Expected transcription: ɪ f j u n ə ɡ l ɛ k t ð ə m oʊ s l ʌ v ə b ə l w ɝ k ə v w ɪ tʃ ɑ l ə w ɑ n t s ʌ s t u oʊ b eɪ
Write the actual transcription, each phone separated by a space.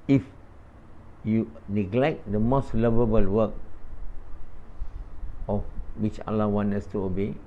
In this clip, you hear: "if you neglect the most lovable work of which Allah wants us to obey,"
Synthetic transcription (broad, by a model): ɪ f j u n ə ɡ l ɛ k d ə m oʊ s l ʌ v ə b ə l w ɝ k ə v w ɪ tʃ ɑ l ə w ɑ n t ʌ s t u oʊ b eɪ